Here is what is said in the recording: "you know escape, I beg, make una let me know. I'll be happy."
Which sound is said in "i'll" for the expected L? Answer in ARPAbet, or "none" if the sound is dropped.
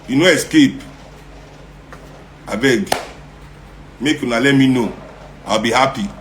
W